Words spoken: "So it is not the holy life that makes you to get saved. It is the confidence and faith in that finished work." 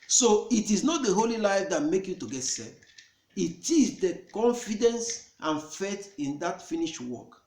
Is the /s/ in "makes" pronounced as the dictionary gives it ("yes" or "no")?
no